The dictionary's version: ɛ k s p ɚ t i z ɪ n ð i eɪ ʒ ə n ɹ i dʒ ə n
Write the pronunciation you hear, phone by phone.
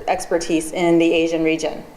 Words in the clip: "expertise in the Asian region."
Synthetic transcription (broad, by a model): ɛ k s p ɚ t i z ɪ n ð i eɪ ʒ ə n ɹ i dʒ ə n